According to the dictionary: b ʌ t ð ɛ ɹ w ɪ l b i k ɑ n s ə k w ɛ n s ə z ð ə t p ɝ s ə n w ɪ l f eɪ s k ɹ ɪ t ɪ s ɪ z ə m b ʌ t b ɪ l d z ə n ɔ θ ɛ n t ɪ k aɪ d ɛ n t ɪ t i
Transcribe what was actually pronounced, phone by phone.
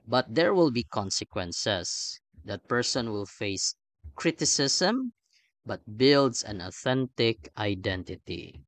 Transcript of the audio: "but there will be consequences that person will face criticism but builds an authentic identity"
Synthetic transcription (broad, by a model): b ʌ t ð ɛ ɹ w ɪ l b i k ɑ n s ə k w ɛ n s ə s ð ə t p ɝ s ə n w ɪ l f eɪ s k ɹ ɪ t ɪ s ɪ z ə m b ʌ t b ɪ l d s ə n ɔ θ ɛ n t ɪ k aɪ d ɛ n t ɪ t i